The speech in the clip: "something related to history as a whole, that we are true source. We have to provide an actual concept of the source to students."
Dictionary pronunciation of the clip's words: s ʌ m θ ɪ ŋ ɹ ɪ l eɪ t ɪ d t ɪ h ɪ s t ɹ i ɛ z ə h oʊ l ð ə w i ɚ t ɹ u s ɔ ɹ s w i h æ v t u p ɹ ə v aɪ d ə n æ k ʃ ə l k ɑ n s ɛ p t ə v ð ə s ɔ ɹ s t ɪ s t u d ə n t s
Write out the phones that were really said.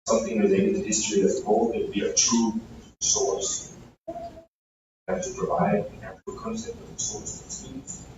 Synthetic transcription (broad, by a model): s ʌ m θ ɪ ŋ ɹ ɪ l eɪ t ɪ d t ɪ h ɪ s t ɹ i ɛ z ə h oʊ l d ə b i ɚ t ɹ u s ɔ ɹ s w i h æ f t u p ɹ ə v aɪ d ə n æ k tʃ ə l k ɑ n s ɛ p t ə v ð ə s ɔ ɹ s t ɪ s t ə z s